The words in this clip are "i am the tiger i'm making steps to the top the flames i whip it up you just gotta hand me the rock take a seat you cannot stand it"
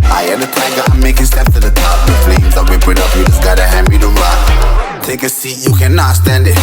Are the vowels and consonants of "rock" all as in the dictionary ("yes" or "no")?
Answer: no